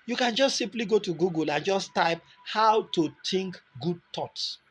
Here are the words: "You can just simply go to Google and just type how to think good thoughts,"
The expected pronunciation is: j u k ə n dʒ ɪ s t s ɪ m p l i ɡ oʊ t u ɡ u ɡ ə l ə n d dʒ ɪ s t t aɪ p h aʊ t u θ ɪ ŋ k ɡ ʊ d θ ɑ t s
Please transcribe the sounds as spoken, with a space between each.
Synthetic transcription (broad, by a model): j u k ə n dʒ ɪ s t s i m p l i ɡ oʊ t u ɡ u ɡ ə l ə n dʒ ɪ s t t aɪ p h aʊ t u t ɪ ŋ k ɡ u d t ɑ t s